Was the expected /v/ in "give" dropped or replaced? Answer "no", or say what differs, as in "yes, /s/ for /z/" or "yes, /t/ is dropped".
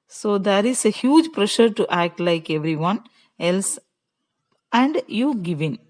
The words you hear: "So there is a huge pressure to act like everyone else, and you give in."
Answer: no